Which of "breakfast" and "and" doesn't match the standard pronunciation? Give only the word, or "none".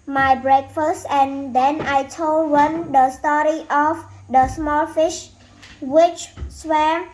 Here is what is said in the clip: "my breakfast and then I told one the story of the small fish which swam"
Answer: none